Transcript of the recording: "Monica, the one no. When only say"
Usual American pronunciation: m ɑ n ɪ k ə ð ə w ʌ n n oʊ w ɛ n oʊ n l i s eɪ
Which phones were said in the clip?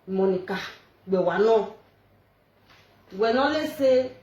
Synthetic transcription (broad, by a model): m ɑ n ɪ k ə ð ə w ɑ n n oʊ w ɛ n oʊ l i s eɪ